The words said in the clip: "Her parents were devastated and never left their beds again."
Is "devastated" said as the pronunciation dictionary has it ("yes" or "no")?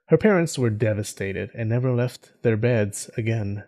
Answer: yes